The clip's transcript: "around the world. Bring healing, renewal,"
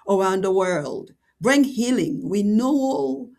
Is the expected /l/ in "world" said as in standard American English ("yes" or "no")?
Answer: yes